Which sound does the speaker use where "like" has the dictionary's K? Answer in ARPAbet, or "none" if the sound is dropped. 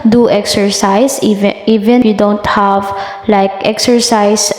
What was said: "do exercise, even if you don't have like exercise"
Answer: K